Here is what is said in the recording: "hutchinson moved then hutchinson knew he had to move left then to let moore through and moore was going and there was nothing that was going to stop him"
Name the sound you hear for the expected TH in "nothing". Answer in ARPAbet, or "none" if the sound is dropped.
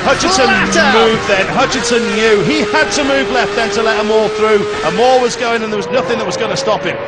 TH